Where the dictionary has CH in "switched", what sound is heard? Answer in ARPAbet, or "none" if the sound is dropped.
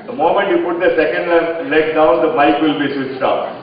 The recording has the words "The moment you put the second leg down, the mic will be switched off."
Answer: S